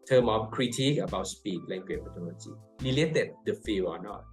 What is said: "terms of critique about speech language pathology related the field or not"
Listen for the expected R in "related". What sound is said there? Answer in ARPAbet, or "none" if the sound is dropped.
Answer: L